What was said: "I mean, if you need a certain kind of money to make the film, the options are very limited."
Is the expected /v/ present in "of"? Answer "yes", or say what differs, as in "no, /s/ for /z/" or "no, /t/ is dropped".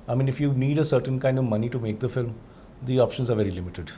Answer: yes